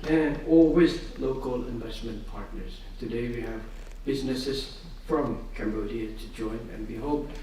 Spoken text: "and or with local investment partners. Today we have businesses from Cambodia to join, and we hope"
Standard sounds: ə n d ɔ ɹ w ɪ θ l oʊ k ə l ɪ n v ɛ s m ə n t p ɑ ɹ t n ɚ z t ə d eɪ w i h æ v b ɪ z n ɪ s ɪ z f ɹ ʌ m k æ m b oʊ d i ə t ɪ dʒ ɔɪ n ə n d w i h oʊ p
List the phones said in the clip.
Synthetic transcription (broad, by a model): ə n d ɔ l w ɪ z l oʊ k ə l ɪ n v ɛ s m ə n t p ɑ ɹ t n ɚ z t ə d eɪ w i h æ v b ɪ z n ɪ s ɪ z f ɹ ʌ m k æ m b oʊ d i ə t ɪ dʒ ɔɪ n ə n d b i h oʊ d